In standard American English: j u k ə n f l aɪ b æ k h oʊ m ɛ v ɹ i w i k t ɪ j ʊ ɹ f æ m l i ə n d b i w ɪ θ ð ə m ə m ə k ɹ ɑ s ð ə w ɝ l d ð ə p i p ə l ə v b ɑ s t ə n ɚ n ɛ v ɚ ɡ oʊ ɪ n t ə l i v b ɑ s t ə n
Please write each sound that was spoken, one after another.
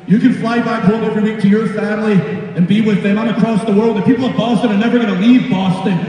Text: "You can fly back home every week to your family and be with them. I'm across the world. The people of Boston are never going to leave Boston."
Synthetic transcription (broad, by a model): j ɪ k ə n f l aɪ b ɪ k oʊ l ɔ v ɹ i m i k t ɪ j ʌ ɹ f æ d l i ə n b i w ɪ ð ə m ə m ə k ɹ ɑ s ð ə w ɝ l d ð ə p i p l ə v b ɑ s t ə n ɚ n ɛ v ɚ ɡ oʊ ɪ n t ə l i v b ɑ s t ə n